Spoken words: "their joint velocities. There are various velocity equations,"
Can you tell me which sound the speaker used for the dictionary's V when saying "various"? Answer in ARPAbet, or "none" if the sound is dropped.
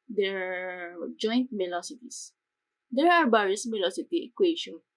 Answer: B